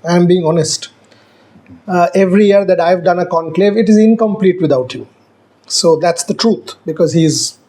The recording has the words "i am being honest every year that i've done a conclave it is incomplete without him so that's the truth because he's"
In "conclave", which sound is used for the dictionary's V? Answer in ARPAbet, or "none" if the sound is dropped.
V